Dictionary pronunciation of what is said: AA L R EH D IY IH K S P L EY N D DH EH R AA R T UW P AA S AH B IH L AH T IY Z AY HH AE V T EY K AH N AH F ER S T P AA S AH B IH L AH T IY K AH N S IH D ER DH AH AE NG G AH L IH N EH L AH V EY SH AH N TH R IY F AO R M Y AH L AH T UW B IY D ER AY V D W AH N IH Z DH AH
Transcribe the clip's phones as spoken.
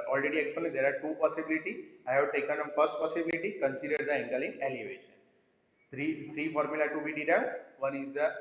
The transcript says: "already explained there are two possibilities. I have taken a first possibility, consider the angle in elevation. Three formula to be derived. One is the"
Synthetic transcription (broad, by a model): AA L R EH D IY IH K S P N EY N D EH R AA R T UW P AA S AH B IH L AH T IY AY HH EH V T EY K AH N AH F ER S T P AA S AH B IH L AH T IY K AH N S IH D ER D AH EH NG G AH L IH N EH L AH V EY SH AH N T R IY F AO R M Y AH L AH T UW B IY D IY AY V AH N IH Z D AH